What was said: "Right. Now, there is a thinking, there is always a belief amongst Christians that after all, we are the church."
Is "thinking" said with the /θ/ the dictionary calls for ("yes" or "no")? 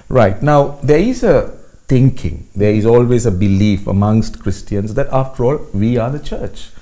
no